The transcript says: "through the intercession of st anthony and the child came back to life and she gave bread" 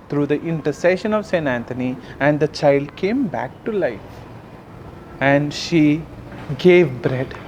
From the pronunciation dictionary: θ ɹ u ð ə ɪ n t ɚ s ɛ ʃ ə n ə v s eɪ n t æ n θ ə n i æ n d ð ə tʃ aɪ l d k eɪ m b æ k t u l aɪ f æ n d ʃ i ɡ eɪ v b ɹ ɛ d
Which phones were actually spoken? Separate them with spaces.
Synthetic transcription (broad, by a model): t ɹ u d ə ɪ n t ɚ s ɛ ʃ ə n ə v s eɪ n t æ n t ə n i æ n d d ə tʃ aɪ l d k eɪ m b æ k t u l aɪ f æ n d ʃ i ɡ eɪ v b ɹ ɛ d